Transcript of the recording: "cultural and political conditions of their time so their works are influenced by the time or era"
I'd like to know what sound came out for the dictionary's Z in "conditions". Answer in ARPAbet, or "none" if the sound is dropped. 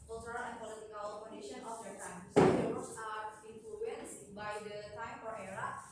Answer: none